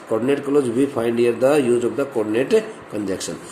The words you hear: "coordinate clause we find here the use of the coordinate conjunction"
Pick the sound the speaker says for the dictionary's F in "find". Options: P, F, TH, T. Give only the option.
P